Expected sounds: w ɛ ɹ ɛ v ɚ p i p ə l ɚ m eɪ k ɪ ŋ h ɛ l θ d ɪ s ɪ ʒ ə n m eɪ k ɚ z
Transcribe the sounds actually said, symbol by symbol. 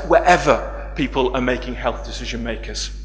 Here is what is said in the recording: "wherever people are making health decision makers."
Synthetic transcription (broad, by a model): w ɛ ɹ ɛ v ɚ p i p ə l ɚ m eɪ k ɪ ŋ h ɛ l θ d ɪ s ɪ ʒ ə n m eɪ k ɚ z